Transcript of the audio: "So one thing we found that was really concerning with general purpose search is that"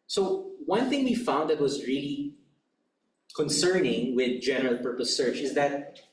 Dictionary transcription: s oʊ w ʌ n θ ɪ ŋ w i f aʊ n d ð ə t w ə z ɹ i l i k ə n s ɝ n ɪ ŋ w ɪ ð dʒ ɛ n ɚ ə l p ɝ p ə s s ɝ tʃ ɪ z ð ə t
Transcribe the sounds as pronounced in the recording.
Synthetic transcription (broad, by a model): s oʊ w ʌ n θ ɪ ŋ w i f aʊ n d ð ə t w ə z ɹ i l i k ə n s ɝ n ɪ ŋ w ɪ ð dʒ ɛ n ɚ ə l p ɝ p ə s s ɝ tʃ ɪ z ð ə t